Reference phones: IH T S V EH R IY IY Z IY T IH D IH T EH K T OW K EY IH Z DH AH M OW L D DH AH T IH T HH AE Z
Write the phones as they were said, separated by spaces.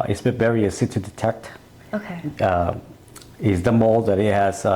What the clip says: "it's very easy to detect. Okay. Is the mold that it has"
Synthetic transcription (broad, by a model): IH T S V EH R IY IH S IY T IH D IH T EH K T OW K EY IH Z DH AH M OW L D DH AH T IH T HH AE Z